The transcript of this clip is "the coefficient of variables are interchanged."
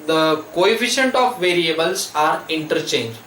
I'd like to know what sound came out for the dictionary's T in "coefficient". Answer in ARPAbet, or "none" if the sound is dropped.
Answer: T